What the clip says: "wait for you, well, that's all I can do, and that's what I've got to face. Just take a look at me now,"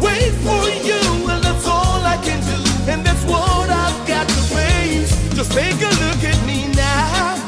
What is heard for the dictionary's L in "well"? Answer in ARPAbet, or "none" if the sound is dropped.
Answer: N